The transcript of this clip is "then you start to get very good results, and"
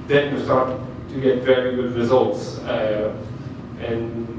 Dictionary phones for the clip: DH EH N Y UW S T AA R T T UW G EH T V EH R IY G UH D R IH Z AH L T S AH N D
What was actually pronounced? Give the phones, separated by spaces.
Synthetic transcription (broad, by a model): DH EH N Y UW S T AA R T T UW G EH T V EH R IY G UH D R IH Z AH L T S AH N